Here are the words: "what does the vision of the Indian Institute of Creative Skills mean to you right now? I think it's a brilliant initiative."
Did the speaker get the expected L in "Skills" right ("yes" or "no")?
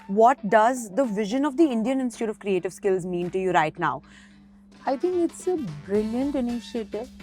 yes